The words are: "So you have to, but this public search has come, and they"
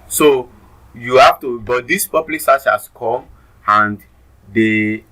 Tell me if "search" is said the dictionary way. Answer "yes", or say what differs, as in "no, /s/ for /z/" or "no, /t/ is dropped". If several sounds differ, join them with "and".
no, /s/ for /tʃ/